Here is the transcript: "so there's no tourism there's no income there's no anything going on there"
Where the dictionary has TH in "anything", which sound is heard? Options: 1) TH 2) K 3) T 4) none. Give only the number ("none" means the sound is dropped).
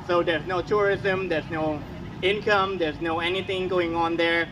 1